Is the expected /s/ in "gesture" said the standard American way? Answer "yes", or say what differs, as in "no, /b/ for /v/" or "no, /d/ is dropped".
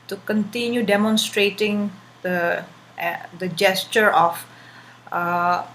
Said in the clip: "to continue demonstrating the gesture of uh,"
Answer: yes